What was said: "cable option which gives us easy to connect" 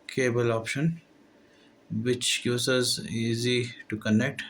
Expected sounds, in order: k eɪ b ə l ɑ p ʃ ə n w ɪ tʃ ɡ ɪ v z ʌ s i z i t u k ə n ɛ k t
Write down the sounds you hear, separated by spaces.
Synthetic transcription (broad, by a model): k eɪ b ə l ɑ p ʃ ə n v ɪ tʃ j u z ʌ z i z i t u k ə n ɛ k t